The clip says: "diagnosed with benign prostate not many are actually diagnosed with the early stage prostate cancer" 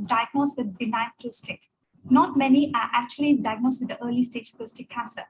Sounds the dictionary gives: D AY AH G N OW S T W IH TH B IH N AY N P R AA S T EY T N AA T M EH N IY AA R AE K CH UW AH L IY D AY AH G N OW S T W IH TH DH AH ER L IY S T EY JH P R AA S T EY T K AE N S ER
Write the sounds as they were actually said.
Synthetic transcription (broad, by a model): D AY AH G N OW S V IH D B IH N AY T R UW S T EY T N AA T M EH N IY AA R AE K CH UW AH L IY D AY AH G N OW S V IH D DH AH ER L IY S T EY JH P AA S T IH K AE N S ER